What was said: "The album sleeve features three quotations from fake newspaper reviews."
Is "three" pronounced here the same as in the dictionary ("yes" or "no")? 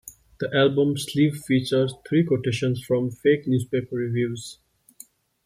no